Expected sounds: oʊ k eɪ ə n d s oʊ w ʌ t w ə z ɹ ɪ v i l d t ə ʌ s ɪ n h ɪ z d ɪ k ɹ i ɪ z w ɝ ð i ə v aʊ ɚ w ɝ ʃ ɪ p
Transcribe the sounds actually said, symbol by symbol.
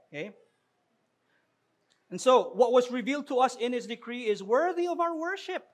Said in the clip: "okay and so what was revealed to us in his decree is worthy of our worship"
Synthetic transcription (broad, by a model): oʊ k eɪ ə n s oʊ w ʌ t w ə z ɹ ɪ v i l d t ə ʌ s ɪ n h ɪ s d ɪ k ɹ i ɪ z w ɝ ð i ə v aʊ ɚ w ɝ ʃ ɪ p